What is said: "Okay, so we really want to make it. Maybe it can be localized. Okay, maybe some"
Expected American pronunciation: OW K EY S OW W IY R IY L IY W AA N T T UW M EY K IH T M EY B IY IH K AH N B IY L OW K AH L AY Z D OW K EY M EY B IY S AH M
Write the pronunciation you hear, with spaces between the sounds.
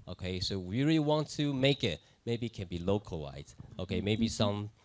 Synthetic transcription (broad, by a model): OW K EY S OW W IY R IY L IY W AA N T T UW M EY K IH T M EY B IY K AH N B IY L OW K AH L AY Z OW K EY M EY B IY S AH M